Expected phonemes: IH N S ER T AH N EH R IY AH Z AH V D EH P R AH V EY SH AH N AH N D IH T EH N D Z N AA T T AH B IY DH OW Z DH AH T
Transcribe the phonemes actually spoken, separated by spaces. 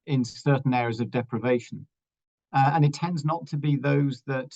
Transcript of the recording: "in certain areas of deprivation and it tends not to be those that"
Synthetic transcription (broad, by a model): IH N S ER T N EH R IY AH Z AH V D EH P R AH V EY SH AH N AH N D IH T EH N D Z N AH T T AH B IY DH OW Z DH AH T